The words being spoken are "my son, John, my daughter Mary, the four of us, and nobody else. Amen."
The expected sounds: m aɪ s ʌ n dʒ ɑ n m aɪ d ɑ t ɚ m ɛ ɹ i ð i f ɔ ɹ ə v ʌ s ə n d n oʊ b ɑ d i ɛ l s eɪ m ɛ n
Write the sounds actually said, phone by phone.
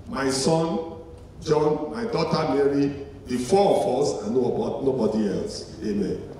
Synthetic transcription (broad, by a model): m aɪ s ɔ n dʒ ɑ n m aɪ d ɑ t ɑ m ɛ ɹ i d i f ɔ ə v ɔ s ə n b n oʊ b ɑ d i ɛ l s eɪ m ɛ n